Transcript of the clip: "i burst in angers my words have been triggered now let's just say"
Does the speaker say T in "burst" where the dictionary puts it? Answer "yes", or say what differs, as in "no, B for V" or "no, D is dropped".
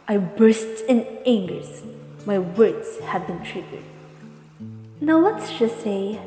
yes